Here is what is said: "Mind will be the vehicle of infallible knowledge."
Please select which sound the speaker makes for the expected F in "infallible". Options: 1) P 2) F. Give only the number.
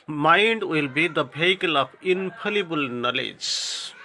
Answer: 1